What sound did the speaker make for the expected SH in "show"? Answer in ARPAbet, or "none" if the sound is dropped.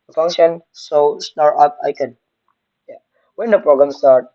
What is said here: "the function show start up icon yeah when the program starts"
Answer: S